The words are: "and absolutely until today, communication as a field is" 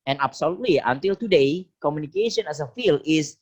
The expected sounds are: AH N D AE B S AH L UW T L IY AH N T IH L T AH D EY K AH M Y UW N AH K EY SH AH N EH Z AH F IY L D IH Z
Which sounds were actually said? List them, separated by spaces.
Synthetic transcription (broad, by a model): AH N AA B S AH L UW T L IY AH N T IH L T AH D EY K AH M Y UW N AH K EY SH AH N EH S AH F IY L IH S